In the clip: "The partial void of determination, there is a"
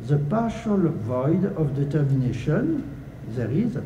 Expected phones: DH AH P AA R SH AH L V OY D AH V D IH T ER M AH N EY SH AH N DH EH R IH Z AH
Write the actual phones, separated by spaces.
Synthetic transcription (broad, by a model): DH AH P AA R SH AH L V OY D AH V D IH T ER M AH N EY SH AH N DH EH R IH Z